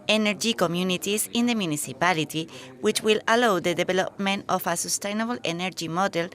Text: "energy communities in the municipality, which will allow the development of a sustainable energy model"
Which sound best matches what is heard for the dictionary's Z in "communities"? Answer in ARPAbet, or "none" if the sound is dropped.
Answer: S